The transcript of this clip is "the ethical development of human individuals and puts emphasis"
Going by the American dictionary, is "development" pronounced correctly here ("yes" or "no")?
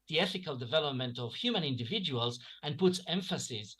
yes